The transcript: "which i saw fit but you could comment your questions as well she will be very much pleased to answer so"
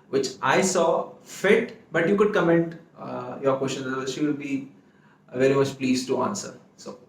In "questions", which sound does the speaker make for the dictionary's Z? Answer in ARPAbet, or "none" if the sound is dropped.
none